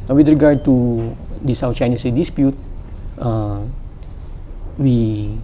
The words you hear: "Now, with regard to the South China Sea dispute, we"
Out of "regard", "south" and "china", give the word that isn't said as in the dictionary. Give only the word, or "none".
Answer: south